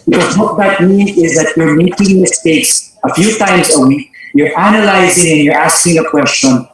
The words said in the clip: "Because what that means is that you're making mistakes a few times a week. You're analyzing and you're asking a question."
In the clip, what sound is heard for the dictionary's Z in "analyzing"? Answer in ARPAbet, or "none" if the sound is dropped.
Z